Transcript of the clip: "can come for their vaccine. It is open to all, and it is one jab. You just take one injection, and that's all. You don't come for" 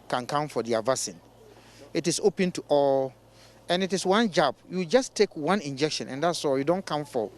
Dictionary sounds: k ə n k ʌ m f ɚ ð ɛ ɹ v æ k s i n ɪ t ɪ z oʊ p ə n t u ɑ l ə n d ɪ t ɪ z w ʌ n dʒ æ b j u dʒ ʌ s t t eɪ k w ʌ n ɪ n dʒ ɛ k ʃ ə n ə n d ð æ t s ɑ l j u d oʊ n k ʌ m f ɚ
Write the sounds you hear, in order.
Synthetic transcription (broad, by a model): k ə n k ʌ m f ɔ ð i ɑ v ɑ s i n ɪ t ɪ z oʊ p ə n t u ɑ l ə n ɪ t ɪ s w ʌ n dʒ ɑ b j u dʒ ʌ s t t eɪ k w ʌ n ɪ n dʒ ɛ k ʃ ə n ə n d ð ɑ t s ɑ j u d oʊ n k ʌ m f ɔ